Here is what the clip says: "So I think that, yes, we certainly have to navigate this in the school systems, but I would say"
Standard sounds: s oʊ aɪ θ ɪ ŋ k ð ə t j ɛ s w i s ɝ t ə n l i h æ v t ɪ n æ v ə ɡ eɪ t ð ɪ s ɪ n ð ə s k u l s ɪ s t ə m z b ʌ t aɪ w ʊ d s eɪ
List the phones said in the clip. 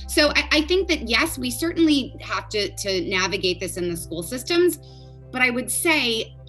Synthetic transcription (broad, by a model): s oʊ aɪ θ ɪ ŋ k ð ə t j ɛ s w i s ɝ t n l i h æ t t ɪ n æ v ə ɡ eɪ t ð ɪ s ɪ n ð ə s k u l s ɪ s t ə m z b ʌ t aɪ w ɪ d s eɪ